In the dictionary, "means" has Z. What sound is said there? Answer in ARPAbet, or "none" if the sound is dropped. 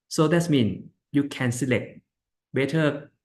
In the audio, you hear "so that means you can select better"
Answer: none